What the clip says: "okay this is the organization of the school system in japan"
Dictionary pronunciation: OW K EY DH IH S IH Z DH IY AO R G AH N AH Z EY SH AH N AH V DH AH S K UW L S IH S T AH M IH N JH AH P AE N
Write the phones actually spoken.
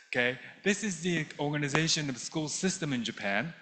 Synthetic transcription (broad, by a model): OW K EY DH IH S IH Z DH IY AO R G AH N AH Z EY SH AH N AH V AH S K UW L S IH S T AH M IH N JH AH P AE N